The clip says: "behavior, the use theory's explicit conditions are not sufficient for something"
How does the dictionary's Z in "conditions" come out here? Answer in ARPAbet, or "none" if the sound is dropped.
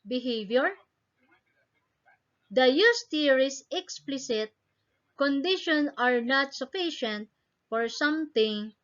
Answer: none